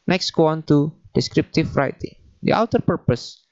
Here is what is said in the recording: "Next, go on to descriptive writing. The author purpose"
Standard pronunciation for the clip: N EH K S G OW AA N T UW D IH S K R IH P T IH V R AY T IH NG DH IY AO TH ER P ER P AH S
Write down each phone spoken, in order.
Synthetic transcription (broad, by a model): N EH K S G OW AA N T UW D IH S K R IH P T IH F R AY T IH NG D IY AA T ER P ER P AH S